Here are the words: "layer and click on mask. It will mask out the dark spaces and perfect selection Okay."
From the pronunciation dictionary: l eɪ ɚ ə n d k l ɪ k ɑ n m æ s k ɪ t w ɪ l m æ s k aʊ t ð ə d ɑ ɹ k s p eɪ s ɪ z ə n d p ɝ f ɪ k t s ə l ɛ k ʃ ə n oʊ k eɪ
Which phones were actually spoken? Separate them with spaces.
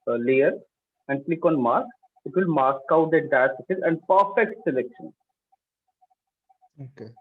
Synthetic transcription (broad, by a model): l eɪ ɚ ə n d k l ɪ k ɑ n m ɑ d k ɪ t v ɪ l m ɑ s k aʊ t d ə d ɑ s eɪ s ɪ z ə n d p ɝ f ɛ k t s ə l ɛ k ʃ ə n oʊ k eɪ